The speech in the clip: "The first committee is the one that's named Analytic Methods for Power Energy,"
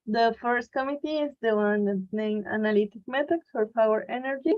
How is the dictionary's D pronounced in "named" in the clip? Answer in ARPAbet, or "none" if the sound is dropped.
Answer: none